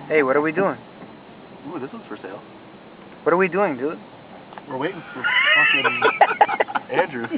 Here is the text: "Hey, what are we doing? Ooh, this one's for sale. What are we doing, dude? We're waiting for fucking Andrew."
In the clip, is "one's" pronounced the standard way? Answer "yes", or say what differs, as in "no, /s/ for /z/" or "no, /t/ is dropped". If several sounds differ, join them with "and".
no, /n/ is dropped